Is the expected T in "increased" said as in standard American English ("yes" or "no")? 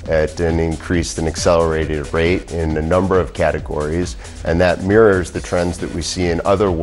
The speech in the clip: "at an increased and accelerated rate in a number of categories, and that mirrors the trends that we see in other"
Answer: yes